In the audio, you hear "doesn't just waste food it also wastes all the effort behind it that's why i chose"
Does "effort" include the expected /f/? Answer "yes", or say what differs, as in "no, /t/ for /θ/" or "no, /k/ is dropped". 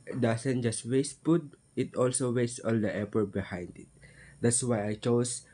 no, /p/ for /f/